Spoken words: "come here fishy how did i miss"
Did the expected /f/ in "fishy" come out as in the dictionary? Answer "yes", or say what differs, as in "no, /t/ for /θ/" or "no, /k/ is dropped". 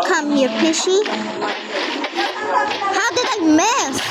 no, /p/ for /f/